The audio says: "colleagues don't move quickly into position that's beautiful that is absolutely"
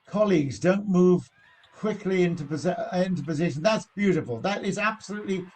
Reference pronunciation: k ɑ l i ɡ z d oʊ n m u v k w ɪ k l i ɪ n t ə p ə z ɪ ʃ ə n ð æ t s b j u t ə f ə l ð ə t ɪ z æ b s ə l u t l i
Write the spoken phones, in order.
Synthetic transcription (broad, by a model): k ɑ l i ɡ z d oʊ n m u v k w ɪ k l i ɪ n t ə p ə z ɪ ʃ ə n ð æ t s b j u t ə f ə l ð ə t ɪ z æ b s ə l u t l i